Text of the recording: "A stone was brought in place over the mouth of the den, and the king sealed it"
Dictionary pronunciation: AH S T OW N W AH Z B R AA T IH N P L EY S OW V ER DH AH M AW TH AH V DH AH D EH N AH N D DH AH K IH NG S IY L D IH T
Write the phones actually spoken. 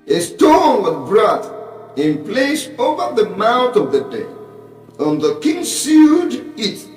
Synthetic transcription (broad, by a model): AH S T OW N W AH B R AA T IH N P L EY S OW V ER DH AH M AW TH AH V DH AH D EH AH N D DH AH K IH NG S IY D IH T